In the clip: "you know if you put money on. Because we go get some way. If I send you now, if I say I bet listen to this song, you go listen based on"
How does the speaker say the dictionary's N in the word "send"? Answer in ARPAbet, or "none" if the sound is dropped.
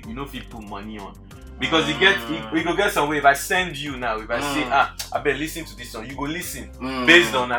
N